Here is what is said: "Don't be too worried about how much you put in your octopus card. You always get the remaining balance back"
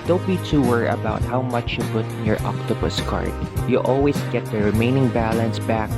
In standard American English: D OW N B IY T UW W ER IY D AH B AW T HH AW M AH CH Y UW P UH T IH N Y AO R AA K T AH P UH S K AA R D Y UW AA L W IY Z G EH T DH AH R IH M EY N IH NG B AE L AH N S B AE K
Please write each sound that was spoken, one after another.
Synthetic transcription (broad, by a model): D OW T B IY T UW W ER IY AH B AW T HH AW M AH CH Y UW P UH T IH N Y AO R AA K T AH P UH S K AA R D Y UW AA L W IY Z G EH T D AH R IH M EY N IH NG B AE L AH N S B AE K